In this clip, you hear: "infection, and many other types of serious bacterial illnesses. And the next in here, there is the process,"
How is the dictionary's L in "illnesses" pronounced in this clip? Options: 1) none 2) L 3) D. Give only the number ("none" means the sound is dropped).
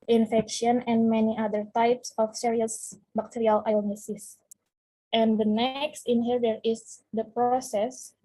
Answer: 1